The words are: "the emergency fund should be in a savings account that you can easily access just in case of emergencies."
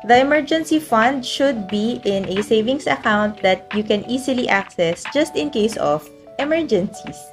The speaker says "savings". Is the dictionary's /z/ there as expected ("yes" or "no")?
no